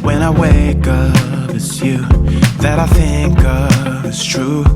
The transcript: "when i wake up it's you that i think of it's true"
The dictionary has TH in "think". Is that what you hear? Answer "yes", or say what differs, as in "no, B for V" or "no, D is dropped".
yes